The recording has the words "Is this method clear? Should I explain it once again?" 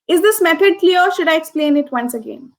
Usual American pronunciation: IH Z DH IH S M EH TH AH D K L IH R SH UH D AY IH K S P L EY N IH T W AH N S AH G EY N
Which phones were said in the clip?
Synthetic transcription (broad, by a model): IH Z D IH S M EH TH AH D K L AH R SH UH D AY IH K S P L EY N IH T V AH N S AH G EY N